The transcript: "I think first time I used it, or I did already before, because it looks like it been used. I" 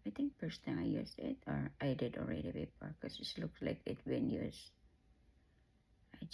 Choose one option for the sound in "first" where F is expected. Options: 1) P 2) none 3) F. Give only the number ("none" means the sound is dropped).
1